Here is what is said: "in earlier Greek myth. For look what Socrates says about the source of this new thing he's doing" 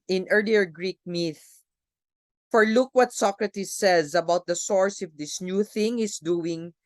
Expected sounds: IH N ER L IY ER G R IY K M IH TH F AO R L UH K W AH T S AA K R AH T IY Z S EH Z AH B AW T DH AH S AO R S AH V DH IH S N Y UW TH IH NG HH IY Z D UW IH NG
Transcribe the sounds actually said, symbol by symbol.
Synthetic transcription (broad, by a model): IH N ER L IY ER G R IY K M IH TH F AO R L UH K W AH T S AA K R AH T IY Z S EH Z AH B AW T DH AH S AO R S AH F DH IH S N Y UW TH IH NG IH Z D UW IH NG